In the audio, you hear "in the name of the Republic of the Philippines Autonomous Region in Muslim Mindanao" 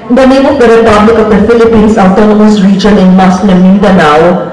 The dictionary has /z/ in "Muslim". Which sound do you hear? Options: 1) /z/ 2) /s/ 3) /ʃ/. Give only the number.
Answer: 2